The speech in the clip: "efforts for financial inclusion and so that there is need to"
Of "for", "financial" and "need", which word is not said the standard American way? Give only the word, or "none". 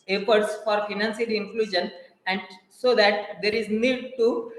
financial